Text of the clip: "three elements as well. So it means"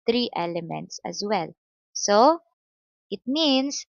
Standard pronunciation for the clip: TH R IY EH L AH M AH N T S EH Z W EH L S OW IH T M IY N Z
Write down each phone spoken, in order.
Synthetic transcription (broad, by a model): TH R IY EH L AH M AH N T S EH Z W EH L S OW IH T M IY N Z